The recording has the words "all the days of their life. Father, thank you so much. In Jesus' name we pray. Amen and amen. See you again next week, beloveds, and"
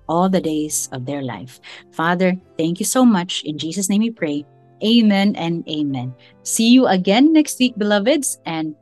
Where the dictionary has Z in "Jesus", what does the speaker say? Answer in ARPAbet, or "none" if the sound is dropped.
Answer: S